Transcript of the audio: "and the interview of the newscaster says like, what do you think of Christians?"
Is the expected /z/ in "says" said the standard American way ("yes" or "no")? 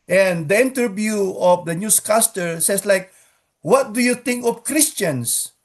no